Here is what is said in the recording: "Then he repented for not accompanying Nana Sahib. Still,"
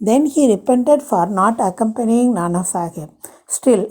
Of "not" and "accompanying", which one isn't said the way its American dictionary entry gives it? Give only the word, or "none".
none